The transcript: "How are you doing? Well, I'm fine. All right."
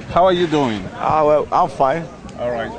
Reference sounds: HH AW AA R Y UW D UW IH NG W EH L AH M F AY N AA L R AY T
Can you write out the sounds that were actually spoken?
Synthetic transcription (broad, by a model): HH AW AA R Y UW D UW IH NG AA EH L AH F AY AA L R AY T